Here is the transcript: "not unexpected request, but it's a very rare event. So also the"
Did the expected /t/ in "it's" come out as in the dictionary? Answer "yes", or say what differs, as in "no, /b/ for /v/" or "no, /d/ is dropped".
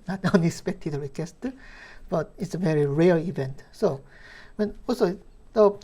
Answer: yes